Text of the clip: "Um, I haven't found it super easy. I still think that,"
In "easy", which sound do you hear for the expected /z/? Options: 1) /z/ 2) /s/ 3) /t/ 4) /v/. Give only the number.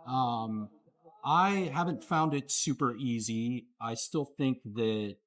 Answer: 1